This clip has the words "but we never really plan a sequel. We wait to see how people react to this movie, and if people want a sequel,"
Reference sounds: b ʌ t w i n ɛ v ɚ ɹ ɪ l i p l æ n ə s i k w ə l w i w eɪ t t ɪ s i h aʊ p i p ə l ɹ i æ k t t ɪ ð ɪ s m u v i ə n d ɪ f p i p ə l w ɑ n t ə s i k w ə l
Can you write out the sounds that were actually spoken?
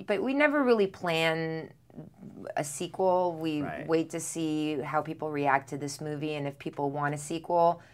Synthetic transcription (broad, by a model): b ʌ t w i n ɛ v ɚ ɹ ɪ l i p l æ n ə s i k w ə l w i w eɪ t t ɪ s i h aʊ p i p l ɹ i æ k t t ɪ ð ɪ s m u v i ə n ɪ f p i p l w ɑ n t ə s i k w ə l